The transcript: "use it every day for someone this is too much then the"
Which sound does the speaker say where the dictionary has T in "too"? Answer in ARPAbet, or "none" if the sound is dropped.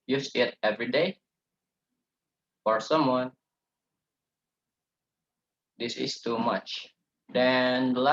T